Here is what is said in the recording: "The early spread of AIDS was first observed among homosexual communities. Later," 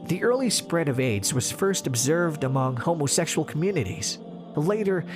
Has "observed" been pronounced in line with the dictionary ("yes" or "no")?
yes